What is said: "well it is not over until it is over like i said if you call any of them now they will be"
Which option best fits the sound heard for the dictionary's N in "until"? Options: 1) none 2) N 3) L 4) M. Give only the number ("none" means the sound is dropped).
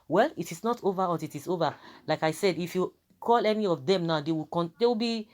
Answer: 1